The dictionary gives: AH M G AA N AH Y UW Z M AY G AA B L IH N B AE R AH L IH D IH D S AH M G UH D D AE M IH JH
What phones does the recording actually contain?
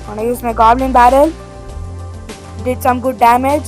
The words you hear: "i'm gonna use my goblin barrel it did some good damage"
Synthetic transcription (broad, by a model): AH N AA AH Y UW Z M AY G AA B L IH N B AE R AH L D IH D S AH M G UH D D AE M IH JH